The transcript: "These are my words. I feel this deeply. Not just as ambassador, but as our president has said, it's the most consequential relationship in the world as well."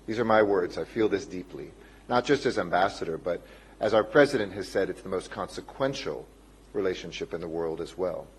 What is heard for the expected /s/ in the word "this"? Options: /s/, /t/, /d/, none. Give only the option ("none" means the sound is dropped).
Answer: /s/